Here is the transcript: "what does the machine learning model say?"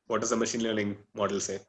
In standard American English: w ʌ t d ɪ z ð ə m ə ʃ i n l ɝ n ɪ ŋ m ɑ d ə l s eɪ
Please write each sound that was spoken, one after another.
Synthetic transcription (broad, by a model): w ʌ t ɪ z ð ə m ə ʃ i n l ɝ l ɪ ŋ m ɑ d ə l s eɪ